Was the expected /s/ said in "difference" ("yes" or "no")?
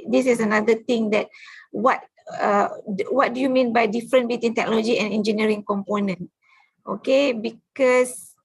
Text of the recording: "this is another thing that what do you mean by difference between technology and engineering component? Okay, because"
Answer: no